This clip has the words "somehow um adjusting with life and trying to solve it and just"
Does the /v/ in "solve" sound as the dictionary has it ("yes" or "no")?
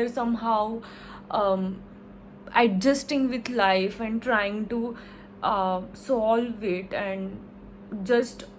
yes